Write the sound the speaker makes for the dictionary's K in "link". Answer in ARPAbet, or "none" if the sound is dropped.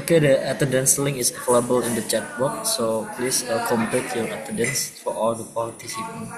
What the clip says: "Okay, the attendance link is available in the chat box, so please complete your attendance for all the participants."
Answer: none